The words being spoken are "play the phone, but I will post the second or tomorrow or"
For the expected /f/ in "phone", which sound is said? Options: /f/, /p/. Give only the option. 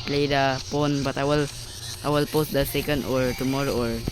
/p/